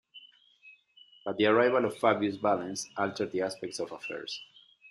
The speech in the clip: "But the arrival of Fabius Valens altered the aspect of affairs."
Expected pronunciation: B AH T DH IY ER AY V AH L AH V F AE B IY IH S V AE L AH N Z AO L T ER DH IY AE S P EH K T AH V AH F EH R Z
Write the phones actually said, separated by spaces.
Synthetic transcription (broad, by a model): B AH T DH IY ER AY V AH L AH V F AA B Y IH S B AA L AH N S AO L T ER DH IY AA S P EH K T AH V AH F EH R S